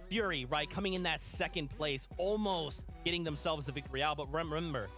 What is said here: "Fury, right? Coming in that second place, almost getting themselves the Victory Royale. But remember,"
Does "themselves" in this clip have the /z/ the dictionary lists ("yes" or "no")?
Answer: yes